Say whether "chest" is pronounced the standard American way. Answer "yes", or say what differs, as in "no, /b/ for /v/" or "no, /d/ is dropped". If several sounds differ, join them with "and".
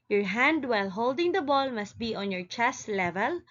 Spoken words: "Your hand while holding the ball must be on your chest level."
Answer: yes